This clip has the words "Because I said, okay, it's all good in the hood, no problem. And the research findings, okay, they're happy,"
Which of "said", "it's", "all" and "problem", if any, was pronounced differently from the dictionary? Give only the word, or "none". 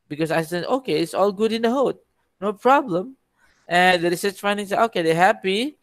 said